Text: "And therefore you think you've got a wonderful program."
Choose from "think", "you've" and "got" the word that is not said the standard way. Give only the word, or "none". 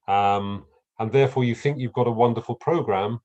none